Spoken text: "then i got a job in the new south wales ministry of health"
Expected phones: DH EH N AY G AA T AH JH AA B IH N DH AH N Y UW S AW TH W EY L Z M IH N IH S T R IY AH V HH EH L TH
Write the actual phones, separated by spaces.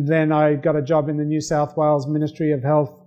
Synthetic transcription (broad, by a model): DH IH N AY G AA T AH JH AA B IH N DH AH N Y UW S AW TH W EY L Z M IH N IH S T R IY AH V HH EH L TH